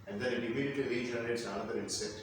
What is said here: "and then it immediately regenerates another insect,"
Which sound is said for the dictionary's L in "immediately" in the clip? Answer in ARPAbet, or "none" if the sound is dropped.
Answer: none